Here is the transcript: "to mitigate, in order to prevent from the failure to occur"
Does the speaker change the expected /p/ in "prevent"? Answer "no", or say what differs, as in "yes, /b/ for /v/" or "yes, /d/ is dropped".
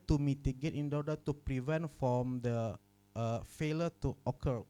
no